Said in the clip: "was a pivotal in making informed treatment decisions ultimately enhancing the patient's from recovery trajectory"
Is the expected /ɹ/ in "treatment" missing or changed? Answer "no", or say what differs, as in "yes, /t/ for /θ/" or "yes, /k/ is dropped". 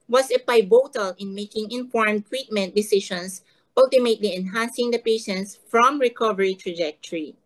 yes, /w/ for /ɹ/